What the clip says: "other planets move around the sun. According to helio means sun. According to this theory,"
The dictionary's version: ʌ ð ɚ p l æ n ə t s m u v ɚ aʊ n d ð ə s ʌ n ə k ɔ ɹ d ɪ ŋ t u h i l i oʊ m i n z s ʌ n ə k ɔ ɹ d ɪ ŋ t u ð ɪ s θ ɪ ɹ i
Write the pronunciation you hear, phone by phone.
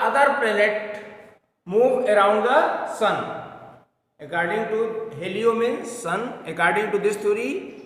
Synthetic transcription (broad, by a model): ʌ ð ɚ p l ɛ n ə t m u v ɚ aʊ n d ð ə s ʌ n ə k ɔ ɹ d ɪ ŋ t u h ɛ l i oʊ m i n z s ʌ n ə k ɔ ɹ d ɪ ŋ t u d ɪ s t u ɹ i